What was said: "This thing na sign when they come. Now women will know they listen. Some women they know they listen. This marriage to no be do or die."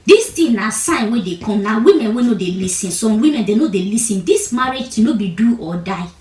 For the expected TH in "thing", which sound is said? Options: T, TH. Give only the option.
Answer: T